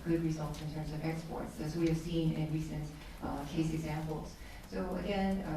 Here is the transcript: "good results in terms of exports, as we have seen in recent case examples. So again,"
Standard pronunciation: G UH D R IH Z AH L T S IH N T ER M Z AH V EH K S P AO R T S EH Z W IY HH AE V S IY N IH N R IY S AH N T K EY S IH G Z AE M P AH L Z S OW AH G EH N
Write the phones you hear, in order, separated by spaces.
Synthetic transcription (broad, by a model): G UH D R IH Z AH L T S IH N T ER M Z AH V EH K S P AO R T S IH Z W IY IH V S IY N IH N R IY S AH N T K EY S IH G Z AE M P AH L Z S OW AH G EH N